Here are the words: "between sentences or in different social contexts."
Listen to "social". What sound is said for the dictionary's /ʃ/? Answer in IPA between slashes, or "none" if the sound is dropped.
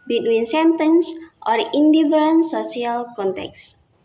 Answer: none